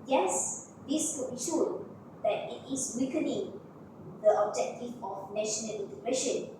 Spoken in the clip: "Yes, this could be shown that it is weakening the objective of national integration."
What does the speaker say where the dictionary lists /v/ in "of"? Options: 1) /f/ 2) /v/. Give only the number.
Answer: 1